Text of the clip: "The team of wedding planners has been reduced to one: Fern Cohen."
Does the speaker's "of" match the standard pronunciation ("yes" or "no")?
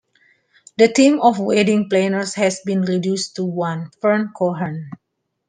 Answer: no